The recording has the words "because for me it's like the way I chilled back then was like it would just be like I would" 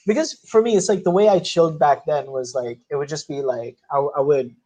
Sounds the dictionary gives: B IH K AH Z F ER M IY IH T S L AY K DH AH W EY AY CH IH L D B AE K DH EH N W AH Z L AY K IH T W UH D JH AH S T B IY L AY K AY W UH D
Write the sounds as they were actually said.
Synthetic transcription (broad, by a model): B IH K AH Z F ER M IY IH T S L AY K DH AH W EY AY CH IH L D B AE K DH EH N W AH Z L AY K IH T W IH D JH AH S T B IY L AY K AY W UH D